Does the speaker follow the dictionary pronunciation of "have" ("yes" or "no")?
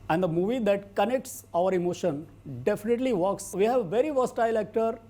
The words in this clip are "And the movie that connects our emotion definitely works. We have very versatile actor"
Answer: yes